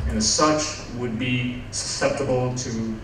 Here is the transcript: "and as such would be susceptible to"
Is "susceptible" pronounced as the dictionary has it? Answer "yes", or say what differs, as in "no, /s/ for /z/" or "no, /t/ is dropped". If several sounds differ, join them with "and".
yes